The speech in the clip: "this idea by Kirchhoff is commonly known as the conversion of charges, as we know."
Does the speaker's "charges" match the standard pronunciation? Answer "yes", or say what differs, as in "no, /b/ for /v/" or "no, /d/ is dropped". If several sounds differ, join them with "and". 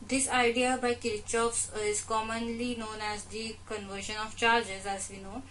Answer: yes